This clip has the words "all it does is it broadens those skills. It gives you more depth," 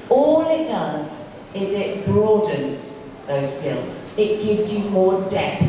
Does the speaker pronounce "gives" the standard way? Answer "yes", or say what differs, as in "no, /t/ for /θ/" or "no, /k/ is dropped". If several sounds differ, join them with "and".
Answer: yes